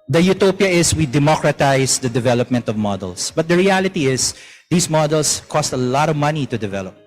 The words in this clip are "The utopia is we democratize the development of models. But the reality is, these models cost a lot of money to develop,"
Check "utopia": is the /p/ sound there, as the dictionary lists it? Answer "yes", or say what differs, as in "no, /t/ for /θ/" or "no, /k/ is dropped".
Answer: yes